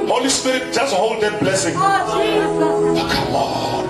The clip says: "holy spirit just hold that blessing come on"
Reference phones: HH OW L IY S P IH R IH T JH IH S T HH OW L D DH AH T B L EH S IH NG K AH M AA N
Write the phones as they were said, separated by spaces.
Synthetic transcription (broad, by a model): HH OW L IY S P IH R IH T JH IH S T HH OW L D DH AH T B L EH S IH NG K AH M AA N